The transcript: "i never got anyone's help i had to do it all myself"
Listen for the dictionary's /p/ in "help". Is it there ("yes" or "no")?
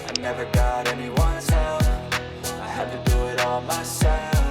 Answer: no